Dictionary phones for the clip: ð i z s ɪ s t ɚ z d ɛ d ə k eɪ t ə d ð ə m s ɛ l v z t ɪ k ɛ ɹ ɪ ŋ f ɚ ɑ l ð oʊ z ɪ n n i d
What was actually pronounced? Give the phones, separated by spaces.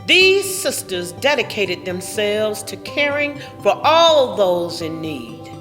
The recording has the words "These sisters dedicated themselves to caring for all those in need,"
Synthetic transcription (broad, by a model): ð i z s ɪ s t ɚ z d ɛ d ə k eɪ t ə d ð ə m s ɛ l v z t ɪ k ɛ ɹ ɪ ŋ f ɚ ɑ l ð oʊ z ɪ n n i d